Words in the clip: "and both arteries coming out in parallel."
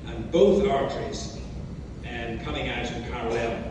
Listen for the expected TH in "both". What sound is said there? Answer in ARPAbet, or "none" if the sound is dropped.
TH